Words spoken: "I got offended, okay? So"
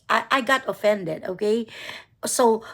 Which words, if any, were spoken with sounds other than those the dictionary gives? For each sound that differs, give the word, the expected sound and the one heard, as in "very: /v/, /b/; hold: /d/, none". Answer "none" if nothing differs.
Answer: none